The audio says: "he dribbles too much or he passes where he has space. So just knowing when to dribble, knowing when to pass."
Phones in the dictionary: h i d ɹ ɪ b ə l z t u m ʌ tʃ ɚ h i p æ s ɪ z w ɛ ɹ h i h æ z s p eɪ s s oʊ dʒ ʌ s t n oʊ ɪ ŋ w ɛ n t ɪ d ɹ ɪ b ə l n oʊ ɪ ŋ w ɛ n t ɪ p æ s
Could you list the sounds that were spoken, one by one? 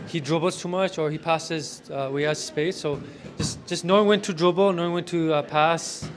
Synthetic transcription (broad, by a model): h i d ɹ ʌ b l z t u m ʌ tʃ ɚ h i p æ s ɪ z w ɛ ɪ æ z s p eɪ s s oʊ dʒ ʌ s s n oʊ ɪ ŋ w ɛ n t ɪ d ɹ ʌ b l n oʊ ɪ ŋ w ɛ n t ɪ p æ s